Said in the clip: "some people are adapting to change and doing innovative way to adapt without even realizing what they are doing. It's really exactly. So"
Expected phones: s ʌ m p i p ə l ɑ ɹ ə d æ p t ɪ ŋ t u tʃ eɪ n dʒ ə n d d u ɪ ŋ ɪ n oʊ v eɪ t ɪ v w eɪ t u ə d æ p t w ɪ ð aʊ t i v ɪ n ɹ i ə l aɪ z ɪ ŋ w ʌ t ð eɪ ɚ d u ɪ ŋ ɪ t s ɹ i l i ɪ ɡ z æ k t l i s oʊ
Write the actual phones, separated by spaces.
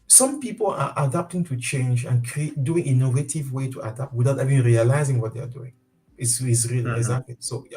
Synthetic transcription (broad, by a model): s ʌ m p i p ə l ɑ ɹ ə d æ p t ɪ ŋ t u tʃ eɪ n dʒ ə n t d u ɪ ŋ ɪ n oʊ v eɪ t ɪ v w eɪ t u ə d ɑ p t w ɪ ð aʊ t i v ɪ n ɹ i ə l aɪ z ɪ ŋ w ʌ t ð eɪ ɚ d u ɪ ŋ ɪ s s ɹ i l i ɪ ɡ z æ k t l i s oʊ